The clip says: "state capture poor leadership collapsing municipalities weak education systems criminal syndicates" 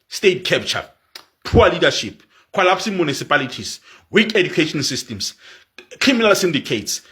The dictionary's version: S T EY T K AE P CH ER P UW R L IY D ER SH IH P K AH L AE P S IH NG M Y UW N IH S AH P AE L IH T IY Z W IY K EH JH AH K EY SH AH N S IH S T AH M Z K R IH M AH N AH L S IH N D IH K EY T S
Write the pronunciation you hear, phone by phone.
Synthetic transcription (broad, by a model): S T EY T K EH P CH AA P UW W L IY D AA SH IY P K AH L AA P S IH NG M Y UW N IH S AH P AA L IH T IY S W IY K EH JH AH K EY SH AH N S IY S T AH M S K R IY M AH N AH L S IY N D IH K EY T S